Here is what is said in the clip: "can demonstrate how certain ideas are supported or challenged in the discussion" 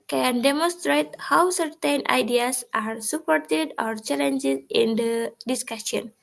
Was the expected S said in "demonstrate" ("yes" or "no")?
yes